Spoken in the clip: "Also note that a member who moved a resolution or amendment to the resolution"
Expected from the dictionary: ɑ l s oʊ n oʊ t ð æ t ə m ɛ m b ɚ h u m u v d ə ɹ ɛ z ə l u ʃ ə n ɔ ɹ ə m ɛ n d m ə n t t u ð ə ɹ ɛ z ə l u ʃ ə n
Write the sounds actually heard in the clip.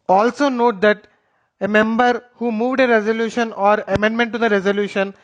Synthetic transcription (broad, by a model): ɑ l s oʊ n oʊ t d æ t ə m ɛ m b ɚ h u m u v d ə ɹ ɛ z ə l u ʃ ə n ɔ ɹ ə m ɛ n d m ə n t t u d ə ɹ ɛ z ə l u ʃ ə n